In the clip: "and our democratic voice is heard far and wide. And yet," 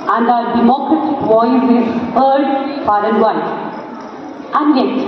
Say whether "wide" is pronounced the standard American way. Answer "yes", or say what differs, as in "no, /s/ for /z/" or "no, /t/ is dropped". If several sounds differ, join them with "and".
no, /d/ is dropped